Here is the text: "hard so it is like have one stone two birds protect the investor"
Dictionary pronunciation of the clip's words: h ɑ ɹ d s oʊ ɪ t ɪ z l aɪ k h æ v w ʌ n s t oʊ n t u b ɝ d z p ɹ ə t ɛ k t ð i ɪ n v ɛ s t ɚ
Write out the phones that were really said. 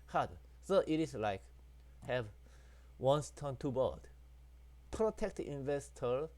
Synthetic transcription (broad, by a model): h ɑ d s oʊ ɪ t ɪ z l aɪ k h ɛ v w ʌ n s t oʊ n t u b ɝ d p ɹ ə t ɛ k t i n v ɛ s t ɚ